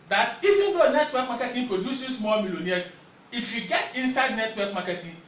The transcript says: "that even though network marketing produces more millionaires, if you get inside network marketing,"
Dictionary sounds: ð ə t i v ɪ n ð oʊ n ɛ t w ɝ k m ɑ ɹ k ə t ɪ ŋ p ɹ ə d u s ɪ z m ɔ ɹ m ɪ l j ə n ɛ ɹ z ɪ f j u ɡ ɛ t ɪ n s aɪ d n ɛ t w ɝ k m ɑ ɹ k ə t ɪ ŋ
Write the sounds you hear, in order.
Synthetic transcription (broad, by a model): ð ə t i v ɪ n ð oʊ n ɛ t w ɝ k m ɑ k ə t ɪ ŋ p ɹ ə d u s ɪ s m ɔ l m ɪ l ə n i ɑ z ɪ f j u ɡ ɛ t ɪ n s aɪ d n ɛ t w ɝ k m ɑ k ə t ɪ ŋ